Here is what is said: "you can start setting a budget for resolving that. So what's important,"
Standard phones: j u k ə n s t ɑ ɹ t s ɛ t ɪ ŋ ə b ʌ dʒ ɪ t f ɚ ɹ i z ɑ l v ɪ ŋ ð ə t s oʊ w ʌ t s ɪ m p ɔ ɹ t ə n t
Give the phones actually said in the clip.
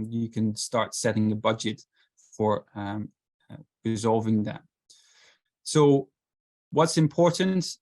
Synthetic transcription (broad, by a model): j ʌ k ə n s t ɑ ɹ t s ɛ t ɪ ŋ ə b ʌ dʒ ɪ t f ɚ ɹ i z ɑ l v ɪ ŋ ð ə t s oʊ w ʌ t s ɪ m p ɔ ɹ t n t